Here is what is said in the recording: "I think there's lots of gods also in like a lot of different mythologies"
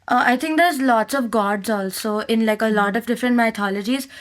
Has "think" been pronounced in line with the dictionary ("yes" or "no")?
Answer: no